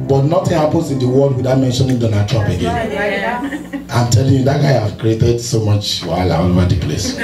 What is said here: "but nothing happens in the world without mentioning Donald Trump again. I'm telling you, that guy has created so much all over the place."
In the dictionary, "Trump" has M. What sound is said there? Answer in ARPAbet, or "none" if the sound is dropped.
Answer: none